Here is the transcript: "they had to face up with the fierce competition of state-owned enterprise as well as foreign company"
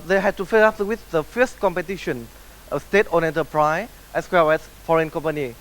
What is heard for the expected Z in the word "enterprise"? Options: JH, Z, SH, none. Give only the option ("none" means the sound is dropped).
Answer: none